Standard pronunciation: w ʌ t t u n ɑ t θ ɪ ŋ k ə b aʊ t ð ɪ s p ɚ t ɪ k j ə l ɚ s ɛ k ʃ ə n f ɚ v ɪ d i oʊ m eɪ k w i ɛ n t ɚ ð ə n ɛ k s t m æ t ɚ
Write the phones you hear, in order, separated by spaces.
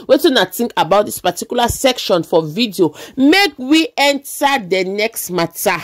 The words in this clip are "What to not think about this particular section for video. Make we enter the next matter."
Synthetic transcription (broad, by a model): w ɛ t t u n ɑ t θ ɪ ŋ k ə b aʊ t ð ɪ s p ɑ t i k j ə l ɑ s ɛ k ʃ ə n f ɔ v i d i oʊ m eɪ k w i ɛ n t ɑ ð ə n ɛ k s t m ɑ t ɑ